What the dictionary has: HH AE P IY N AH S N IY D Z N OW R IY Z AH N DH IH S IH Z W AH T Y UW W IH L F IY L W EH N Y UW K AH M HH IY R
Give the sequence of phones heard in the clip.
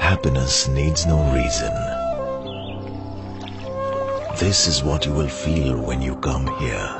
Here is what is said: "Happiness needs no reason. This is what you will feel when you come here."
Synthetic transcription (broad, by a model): HH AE P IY N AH S N IY D Z N OW R IY Z AH N DH IH S IH Z W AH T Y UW W IH L F IY L W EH N Y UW K AH M HH IY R